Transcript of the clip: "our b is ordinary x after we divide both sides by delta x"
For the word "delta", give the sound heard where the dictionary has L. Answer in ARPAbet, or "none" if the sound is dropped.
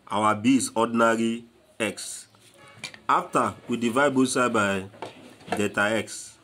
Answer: none